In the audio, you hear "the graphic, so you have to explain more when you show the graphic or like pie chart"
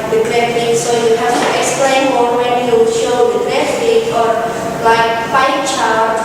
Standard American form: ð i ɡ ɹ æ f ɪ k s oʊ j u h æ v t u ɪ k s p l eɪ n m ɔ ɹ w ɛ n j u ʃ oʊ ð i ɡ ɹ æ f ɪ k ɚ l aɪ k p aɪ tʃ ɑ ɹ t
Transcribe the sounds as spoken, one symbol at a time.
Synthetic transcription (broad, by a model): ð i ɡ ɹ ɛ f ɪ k s oʊ j u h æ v t u ɪ k s p l eɪ n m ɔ l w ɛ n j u ʃ oʊ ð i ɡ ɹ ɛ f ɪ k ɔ l aɪ k f aɪ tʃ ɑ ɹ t